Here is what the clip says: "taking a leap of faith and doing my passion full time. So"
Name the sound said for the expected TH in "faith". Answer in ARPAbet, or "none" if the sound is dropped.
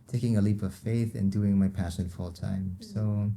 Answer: TH